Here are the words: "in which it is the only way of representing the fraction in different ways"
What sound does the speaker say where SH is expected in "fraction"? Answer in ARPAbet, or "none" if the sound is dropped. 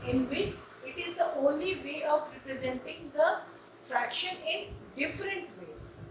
SH